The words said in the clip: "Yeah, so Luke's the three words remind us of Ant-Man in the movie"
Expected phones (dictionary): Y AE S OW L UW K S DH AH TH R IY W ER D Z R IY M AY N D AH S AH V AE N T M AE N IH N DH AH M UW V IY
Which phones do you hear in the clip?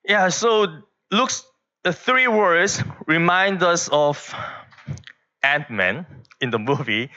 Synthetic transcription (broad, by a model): Y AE S OW L UW K S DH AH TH R IY W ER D S R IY M AY N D AH S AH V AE N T M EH N IH N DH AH M UW V IY